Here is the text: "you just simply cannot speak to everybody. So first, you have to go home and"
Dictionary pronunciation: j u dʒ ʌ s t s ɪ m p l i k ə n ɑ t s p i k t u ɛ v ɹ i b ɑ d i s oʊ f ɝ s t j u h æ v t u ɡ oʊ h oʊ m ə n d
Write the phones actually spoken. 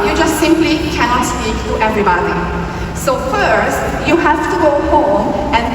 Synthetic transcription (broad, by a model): j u dʒ ʌ s t s ɪ m p l i k ə n ɑ t s p i k t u ɛ v ɹ i b ɑ d i s oʊ f ɝ s t j u h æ f t u ɡ oʊ h oʊ m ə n